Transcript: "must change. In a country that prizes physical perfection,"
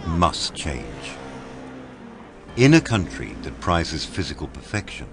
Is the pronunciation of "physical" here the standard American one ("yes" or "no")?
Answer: yes